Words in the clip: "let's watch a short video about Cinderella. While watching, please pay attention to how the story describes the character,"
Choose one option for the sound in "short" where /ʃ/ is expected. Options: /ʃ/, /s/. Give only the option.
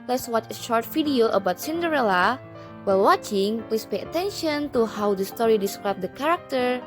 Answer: /ʃ/